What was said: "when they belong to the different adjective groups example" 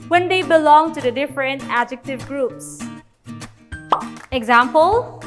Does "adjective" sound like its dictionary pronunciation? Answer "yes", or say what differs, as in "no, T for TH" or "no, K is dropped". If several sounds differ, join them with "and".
yes